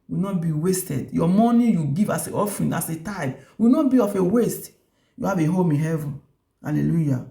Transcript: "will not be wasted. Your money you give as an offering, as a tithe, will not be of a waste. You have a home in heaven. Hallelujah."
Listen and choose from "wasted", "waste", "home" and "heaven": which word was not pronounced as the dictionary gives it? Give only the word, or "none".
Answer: none